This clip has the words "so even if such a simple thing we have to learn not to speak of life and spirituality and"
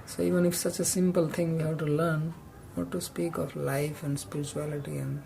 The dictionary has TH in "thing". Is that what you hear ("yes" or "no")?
no